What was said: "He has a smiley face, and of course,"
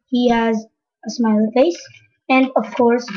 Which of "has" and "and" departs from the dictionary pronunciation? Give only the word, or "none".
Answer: none